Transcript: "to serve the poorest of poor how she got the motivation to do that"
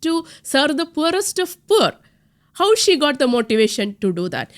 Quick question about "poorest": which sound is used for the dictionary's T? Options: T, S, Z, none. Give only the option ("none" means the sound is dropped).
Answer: T